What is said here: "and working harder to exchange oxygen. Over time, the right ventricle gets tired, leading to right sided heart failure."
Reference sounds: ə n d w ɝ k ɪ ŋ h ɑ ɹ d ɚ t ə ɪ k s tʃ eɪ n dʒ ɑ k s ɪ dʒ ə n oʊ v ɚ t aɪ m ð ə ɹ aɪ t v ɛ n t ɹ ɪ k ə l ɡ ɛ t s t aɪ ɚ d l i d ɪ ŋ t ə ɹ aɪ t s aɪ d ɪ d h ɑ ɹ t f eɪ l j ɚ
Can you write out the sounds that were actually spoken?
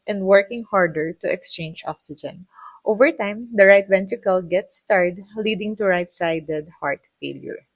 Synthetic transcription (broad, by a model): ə n d w ɝ k ɪ ŋ h ɑ ɹ d ɚ t ə ɪ k s tʃ eɪ n dʒ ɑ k s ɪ dʒ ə n oʊ v ɚ t aɪ m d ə ɹ aɪ t v ɛ n t ɹ ɪ k ə l ɡ ɛ t s t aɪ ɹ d l i d ɪ ŋ t ə ɹ aɪ t s aɪ d ɪ d h ɑ ɹ t f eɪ l j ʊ